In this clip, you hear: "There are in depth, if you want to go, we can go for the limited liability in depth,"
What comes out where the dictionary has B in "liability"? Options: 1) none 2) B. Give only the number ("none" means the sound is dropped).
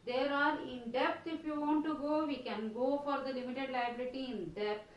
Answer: 2